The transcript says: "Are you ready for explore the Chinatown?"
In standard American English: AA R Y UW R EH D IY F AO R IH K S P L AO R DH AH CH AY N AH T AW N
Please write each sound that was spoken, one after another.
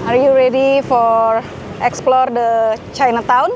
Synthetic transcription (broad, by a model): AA R Y UW R EH D IY F AO R IH K S P L AO R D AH CH AY N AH T AW N